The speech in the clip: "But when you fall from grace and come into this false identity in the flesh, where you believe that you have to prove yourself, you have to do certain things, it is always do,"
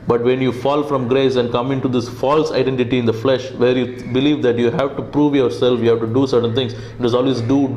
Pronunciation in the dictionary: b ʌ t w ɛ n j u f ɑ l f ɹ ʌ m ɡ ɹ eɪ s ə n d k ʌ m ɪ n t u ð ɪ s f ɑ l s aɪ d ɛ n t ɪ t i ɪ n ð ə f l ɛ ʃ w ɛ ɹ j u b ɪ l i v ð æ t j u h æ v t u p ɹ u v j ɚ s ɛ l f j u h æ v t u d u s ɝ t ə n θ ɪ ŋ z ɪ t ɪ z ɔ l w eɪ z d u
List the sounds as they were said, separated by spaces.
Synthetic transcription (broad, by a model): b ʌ t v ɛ n j u f ɑ l f ɹ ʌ m ɡ ɹ eɪ s ə n d k ʌ m ɪ n t u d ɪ s f ɑ l s aɪ d ɛ n t ɪ t i ɪ n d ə f l ɛ ʃ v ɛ ɹ j u b ɪ l i v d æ t j u h æ v t u p ɹ u v j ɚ s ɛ l f j u h æ v t u d u s ɝ t ə n t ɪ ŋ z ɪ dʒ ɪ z ɔ l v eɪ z d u